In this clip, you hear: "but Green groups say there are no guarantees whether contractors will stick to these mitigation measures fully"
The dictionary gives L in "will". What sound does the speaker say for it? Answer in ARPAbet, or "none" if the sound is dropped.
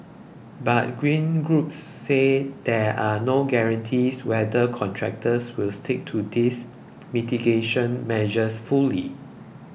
L